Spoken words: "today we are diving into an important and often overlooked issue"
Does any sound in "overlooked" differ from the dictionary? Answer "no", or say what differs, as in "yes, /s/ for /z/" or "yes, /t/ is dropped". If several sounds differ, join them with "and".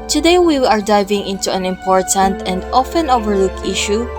yes, /t/ is dropped